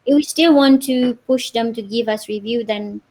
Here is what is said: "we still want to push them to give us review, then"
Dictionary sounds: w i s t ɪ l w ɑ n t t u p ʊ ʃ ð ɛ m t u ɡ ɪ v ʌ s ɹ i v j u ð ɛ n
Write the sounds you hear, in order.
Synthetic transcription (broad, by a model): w i s t ɪ l w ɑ n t t u p ʊ ʃ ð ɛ m t u ɡ ɪ v ʌ s ɹ i v j u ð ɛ n